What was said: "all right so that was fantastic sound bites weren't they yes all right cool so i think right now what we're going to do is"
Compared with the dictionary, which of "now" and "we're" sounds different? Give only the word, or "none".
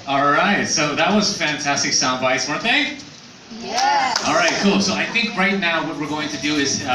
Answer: none